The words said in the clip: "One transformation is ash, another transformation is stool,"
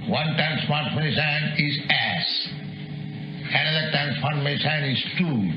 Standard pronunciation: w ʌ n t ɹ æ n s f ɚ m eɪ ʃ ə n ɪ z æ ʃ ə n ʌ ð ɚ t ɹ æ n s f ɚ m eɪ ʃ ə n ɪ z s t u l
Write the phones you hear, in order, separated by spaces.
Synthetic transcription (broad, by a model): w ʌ n t ɹ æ n s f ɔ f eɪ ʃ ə n ɪ z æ s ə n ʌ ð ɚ t ɹ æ n s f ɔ m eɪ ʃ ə n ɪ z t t u